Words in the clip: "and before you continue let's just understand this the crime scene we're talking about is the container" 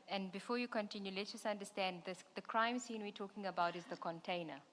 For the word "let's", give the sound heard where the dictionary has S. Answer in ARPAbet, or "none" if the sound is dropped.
none